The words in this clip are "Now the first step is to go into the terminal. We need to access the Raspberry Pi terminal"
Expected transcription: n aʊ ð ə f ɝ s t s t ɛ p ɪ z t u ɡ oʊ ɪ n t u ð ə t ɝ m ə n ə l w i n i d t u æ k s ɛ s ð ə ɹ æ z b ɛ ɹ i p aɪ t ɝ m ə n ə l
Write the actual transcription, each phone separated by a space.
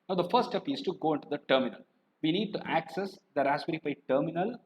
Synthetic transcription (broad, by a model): n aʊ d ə f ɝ t s t ɛ p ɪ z t u ɡ oʊ ɪ n t u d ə t ɝ m ə n ə l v i n i d t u æ k s ɛ s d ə ɹ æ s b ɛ ɹ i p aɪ t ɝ m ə n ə l